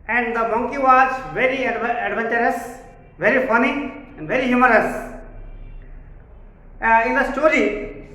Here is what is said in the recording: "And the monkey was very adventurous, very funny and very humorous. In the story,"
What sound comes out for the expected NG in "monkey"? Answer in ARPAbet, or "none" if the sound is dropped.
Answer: NG